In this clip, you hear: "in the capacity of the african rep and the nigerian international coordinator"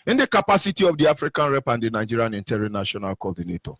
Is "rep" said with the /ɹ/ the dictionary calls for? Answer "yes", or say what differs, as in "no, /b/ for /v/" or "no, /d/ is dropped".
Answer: yes